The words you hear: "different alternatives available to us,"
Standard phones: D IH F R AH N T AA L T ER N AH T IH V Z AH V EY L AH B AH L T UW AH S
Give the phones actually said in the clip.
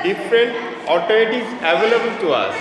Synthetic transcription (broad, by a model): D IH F R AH N T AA T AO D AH T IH Z AH V EY L AH B AH L T UW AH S